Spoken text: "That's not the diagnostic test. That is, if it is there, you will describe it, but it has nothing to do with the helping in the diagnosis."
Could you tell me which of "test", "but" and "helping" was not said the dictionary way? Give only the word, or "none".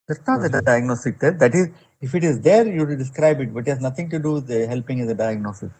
test